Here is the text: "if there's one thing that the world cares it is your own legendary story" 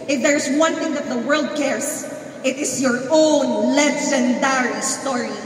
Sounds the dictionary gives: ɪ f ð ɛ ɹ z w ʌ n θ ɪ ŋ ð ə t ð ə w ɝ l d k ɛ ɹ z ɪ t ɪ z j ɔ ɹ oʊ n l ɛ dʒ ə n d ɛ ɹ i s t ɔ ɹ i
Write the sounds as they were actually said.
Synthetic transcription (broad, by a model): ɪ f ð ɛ ɹ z w ʌ n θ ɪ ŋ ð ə t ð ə w ɝ l d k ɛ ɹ s ɪ t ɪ s j ɔ ɹ oʊ n l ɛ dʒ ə n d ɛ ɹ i s t ɔ ɹ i